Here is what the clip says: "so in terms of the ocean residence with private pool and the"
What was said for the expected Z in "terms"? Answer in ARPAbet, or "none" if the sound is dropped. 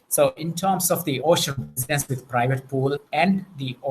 S